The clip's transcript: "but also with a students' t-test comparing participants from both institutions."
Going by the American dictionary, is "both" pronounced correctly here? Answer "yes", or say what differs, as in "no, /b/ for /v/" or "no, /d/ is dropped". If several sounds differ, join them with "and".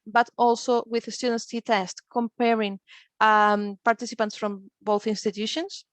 yes